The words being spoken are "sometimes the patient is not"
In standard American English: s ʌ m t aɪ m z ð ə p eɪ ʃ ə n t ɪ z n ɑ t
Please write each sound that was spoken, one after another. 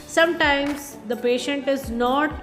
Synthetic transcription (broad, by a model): s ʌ m t aɪ m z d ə p eɪ ʃ ə n t ɪ z n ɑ t